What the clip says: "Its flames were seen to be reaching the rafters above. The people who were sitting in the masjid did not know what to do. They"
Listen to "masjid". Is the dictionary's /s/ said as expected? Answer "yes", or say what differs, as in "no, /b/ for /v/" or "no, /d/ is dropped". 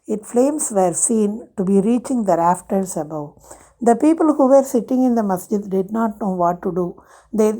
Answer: yes